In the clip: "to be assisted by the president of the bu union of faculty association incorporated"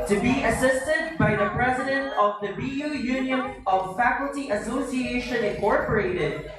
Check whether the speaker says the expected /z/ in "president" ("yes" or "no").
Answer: yes